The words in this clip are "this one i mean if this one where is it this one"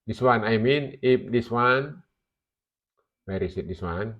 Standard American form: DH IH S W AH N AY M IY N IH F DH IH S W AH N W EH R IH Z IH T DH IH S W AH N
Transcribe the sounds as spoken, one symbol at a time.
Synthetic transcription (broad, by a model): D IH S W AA N AY M IY N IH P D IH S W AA N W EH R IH S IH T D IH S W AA N